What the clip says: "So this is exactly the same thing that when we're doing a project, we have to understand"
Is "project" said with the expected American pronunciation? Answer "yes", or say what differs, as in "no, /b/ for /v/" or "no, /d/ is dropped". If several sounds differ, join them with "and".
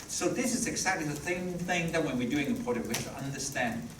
no, /ɹ/ is dropped